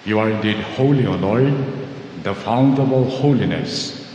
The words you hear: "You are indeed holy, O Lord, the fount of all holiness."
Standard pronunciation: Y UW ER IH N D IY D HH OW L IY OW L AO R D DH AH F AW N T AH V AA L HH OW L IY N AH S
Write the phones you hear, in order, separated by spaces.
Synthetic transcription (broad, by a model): Y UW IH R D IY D HH OW L IY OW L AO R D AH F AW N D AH B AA L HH OW L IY N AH S